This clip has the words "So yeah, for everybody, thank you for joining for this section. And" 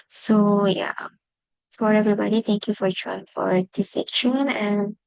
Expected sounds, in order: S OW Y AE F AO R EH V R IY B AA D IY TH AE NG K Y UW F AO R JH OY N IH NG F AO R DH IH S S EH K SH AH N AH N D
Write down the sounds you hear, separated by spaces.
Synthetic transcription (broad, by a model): S OW Y AE F AO R EH V R IY B AA D IY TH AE NG K Y UW F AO R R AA IH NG F AO R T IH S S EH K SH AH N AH N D